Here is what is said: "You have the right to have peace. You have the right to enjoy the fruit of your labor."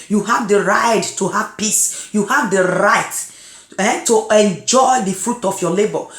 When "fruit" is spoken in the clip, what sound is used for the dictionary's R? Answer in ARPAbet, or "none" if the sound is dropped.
R